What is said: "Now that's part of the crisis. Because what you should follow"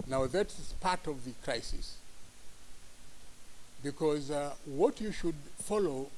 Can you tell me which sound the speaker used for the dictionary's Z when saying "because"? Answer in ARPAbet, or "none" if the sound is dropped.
Z